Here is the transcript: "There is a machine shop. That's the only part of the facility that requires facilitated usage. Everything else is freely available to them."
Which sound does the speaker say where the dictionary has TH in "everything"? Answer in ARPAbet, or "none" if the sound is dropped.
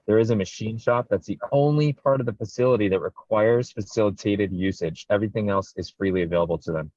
TH